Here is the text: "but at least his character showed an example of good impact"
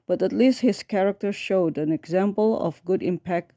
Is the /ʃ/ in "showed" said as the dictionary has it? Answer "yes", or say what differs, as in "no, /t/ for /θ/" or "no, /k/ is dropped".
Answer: yes